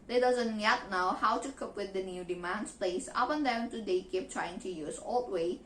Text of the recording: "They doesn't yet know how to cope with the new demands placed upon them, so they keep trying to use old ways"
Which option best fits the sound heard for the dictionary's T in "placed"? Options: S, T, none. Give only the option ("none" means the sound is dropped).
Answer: none